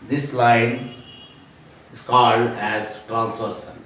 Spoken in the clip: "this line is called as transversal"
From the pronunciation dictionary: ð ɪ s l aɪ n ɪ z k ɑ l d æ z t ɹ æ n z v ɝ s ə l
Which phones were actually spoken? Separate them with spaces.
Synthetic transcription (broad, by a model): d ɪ s l aɪ n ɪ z k ɑ l d æ z t ɹ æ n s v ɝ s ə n